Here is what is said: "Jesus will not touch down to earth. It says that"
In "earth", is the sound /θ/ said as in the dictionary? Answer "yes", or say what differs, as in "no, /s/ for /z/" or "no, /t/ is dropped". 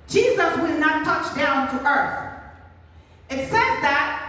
yes